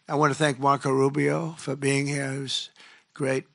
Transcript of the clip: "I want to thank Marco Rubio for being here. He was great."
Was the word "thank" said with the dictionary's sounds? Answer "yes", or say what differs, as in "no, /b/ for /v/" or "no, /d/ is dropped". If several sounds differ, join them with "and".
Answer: yes